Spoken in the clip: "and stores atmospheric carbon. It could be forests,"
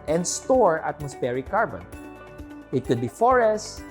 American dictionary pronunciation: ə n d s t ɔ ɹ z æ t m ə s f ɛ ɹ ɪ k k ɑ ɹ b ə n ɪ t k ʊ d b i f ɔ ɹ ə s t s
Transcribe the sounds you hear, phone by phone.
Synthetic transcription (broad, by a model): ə n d s t ɔ ɹ ɑ t m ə s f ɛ ɹ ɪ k k ɑ ɹ b ə n ɪ t k ʊ d b i f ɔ ɹ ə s s